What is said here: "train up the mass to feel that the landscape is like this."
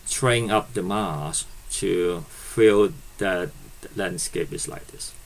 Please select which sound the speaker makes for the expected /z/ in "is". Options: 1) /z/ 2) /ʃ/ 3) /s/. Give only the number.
3